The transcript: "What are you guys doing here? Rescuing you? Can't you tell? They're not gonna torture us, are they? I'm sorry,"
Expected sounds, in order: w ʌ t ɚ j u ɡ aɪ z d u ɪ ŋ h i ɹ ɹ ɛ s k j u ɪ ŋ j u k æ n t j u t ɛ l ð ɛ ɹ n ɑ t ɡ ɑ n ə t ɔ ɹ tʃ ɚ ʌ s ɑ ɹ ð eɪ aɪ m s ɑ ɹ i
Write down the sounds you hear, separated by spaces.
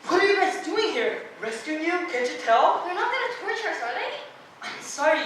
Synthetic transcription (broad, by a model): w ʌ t ɚ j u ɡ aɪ s d u ɪ ŋ h i ɹ ɹ ɛ s k j u ɪ ŋ j u k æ n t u t ɛ l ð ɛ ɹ n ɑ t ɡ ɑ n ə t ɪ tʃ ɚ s ɑ ɹ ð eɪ aɪ m s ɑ ɹ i